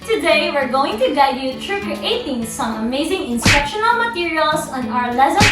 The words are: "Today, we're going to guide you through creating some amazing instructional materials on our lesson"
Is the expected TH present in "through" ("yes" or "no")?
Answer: no